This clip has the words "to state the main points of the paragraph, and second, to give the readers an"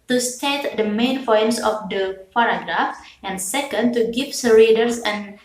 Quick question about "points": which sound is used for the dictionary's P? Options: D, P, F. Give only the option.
F